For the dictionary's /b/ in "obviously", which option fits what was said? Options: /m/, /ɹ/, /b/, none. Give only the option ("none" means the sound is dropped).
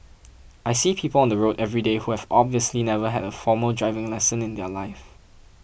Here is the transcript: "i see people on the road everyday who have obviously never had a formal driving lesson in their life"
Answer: /b/